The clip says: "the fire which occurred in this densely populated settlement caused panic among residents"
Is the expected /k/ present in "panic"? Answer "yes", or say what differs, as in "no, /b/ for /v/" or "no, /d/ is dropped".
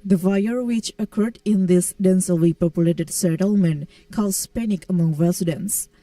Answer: yes